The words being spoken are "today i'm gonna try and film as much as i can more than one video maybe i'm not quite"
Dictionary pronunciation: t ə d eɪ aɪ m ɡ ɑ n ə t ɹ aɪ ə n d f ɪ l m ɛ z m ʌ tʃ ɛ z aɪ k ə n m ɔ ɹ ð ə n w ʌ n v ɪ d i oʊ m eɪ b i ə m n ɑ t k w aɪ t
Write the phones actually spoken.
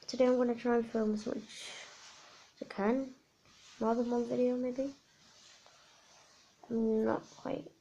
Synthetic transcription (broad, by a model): t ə d eɪ aɪ m ɡ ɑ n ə t ɹ aɪ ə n f ɪ l m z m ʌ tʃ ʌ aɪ k ə n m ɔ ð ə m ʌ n v ɪ d i oʊ m eɪ b i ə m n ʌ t k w aɪ t